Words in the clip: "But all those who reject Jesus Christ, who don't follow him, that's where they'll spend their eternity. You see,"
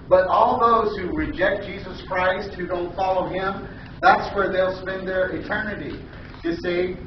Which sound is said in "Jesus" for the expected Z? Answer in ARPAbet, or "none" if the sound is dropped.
Z